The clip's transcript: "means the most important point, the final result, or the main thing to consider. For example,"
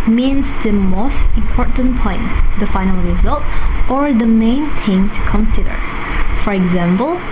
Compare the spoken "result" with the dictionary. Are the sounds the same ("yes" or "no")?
yes